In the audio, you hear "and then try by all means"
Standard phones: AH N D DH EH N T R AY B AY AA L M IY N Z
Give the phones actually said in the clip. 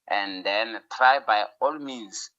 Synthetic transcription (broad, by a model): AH N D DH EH N T R AY B AY AA L M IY N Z